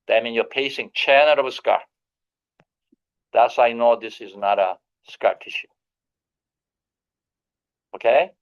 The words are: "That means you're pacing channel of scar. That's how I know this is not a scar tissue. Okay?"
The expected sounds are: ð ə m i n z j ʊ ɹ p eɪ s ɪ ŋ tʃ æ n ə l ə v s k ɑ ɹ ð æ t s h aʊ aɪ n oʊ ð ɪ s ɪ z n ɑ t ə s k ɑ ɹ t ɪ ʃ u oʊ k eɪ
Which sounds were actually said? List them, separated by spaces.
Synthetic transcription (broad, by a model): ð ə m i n j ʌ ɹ p eɪ s ɪ ŋ tʃ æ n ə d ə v s k ɑ ɹ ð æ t s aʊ aɪ n oʊ ð ɪ s ɪ z n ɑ t ə s k ɑ ɹ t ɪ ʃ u oʊ k eɪ